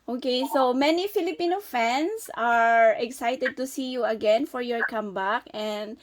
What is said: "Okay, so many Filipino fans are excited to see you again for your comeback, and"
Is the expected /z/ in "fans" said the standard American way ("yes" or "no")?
no